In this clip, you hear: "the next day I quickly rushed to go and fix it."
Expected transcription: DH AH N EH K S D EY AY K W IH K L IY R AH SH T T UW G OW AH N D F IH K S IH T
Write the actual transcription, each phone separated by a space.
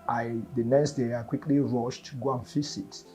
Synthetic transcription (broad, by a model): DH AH N EH K S D EY AY K W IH K L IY R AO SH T T UW G OW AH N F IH S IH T